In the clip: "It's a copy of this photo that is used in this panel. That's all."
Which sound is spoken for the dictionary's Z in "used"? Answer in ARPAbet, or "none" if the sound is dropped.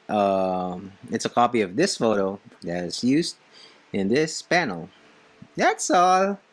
Z